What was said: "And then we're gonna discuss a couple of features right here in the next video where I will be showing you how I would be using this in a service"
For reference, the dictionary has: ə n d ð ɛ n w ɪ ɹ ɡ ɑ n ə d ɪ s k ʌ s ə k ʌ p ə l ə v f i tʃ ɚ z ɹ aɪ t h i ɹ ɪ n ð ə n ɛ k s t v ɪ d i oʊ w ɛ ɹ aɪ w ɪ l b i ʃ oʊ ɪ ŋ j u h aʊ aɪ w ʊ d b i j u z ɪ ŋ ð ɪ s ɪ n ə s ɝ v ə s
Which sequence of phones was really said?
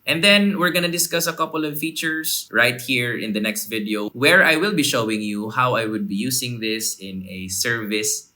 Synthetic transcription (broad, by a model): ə n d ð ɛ n w ɪ ɹ ɡ ɑ n ə d ɪ s k ʌ s ə k ʌ p ə l ə v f i tʃ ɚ s ɹ aɪ t h i ɹ ɪ n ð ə n ɛ k s t v ɪ d i oʊ w ɛ ɹ aɪ w ɪ l b i ʃ oʊ ɪ ŋ j u h aʊ aɪ w ʊ d b i j u s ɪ ŋ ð ɪ s ɪ n ə s ɝ v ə s